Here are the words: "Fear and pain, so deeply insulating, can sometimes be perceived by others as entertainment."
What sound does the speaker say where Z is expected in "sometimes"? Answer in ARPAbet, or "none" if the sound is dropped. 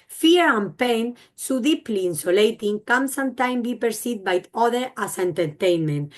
none